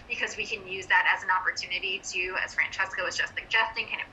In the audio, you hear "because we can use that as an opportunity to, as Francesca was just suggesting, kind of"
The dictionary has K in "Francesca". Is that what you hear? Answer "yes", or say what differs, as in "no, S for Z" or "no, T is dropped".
yes